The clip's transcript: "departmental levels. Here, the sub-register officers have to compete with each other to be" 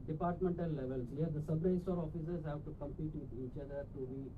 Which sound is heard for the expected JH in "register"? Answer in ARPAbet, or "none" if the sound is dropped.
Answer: none